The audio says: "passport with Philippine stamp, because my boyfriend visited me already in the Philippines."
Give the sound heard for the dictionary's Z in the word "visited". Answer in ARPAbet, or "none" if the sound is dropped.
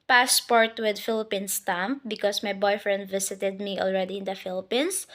S